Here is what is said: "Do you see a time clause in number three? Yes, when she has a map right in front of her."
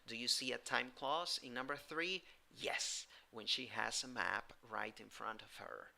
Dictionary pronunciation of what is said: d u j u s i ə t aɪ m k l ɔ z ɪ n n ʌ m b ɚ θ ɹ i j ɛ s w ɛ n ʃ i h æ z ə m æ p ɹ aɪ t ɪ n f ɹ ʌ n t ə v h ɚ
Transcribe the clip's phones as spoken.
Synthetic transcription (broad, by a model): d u j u s i ə t aɪ m k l ɔ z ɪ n n ʌ m b ɚ θ ɹ i j ɛ s w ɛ n ʃ i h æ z ə m æ p ɹ aɪ t ɪ n f ɹ ʌ n t ə v h ɚ